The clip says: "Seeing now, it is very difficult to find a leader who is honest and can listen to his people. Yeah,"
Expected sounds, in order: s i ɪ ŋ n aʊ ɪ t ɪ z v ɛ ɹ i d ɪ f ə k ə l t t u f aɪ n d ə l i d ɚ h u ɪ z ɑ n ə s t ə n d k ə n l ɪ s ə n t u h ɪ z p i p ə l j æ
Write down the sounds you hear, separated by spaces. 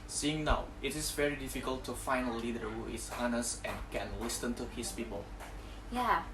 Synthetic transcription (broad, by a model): s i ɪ ŋ n aʊ ɪ t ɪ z v ɛ ɹ i d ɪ f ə k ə l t t u f aɪ n ə l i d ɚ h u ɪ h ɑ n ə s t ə n k ə n l ɪ s ə n t u h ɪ s p i p ə l j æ